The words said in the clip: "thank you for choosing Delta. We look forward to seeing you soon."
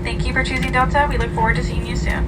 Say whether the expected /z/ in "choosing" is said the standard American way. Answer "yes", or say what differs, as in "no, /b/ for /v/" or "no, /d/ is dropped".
yes